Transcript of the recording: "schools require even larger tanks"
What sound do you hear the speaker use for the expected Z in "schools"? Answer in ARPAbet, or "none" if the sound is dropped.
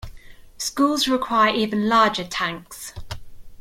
Z